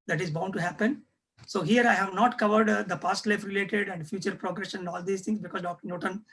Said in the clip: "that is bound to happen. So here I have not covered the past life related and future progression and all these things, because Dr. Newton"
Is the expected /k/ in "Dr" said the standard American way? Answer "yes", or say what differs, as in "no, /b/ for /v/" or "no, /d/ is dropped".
yes